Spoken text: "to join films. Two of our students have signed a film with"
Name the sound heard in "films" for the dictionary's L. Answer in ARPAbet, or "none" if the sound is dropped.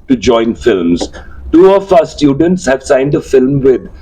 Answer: L